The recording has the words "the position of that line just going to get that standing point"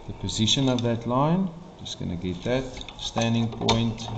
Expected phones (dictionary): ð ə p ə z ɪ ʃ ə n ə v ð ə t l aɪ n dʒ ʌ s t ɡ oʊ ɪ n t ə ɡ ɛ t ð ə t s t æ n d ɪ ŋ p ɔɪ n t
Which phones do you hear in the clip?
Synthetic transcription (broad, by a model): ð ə p ə z ɪ ʃ ə n ə v ð ə t l aɪ n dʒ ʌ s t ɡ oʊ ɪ n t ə ɡ ɛ t ð ə t s t æ n d ɪ ŋ p ɔɪ n t